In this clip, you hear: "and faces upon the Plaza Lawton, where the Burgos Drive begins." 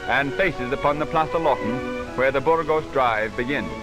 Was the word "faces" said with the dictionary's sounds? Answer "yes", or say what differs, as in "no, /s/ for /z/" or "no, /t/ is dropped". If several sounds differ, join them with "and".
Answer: yes